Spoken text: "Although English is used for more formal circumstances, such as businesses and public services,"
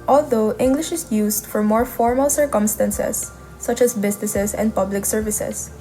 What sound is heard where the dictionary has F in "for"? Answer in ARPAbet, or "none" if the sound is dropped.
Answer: F